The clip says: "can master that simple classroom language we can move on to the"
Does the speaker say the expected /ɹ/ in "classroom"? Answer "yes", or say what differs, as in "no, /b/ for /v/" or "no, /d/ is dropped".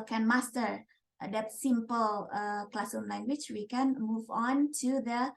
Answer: no, /ɹ/ is dropped